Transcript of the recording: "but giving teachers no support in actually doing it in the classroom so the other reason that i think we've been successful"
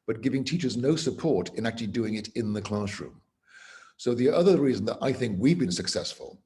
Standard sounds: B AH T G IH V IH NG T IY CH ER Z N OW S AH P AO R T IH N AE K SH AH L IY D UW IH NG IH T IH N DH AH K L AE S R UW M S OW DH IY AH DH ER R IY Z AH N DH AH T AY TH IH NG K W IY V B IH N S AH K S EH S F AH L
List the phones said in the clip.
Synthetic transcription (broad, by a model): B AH T G IH V IH NG T IY CH ER Z N OW S AH P AO R T IH N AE K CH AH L IY D UW IH NG IH T IH N DH AH K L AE S R UW M S OW DH IY AH DH ER R IY Z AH N DH AH T AY TH IH NG K W IY V B IH N S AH K S EH S F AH L